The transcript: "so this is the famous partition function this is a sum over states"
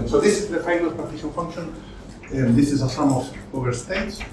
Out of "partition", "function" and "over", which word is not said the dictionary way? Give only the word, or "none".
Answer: partition